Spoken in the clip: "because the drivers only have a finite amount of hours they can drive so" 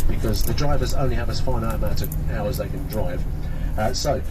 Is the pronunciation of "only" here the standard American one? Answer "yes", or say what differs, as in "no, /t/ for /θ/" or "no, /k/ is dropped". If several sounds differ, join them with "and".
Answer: yes